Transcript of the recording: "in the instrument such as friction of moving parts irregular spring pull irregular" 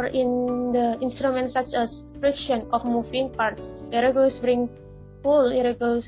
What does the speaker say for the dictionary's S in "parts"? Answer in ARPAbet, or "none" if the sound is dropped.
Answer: S